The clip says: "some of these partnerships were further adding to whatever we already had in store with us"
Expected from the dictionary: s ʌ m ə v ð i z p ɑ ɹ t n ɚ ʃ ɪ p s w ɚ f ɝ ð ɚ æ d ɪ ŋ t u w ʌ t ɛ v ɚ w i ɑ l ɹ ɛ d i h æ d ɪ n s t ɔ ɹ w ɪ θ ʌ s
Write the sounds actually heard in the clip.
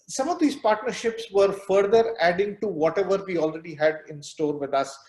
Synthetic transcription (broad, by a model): s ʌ m ə v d i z p ɑ ɹ t n ɚ ʃ ɪ p s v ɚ f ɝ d ɚ æ d ɪ ŋ t u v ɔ t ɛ v ɚ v i ɑ l ɹ ɛ d i h æ d ɪ n s t ɔ ɹ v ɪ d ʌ s